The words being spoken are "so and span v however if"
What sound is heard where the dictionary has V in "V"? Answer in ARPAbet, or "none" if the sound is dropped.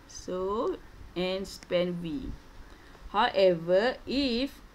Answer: W